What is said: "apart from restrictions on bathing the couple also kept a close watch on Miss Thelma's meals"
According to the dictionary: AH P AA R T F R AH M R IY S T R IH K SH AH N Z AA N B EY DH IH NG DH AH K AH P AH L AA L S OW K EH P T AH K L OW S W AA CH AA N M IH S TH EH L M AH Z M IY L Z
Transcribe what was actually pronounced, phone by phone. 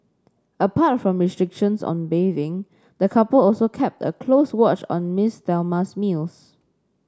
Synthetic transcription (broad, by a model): AH P AA T F R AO M R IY S T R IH K SH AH N S AA N B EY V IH NG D AH K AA P AH L AA L S OW K EH P T AH K L OW S W AA CH AA N M IH S T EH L M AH S M IY L S